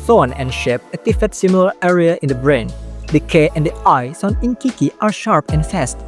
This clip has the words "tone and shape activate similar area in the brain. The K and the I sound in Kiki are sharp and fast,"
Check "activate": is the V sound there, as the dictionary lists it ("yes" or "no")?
no